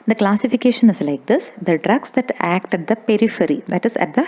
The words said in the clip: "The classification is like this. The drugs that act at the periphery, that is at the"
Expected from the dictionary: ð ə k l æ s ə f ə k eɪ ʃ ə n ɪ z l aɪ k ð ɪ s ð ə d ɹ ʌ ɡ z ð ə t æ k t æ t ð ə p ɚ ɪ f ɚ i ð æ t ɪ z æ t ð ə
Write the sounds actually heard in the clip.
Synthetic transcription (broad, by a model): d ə k l æ s ə f ə k eɪ ʃ ə n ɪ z l aɪ k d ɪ s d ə d ɹ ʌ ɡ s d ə t æ k t æ t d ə p ɚ ɪ f ɚ i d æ t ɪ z æ t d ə